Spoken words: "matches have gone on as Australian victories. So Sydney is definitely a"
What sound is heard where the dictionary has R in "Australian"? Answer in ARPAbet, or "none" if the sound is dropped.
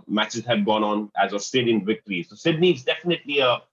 none